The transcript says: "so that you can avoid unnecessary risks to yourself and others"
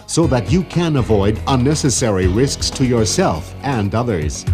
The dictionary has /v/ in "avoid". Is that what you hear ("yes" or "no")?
yes